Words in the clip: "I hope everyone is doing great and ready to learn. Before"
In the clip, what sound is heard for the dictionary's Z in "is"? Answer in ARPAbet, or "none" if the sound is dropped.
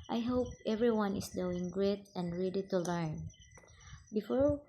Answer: S